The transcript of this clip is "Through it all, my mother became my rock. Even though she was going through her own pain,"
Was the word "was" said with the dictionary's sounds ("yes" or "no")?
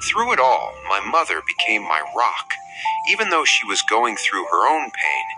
yes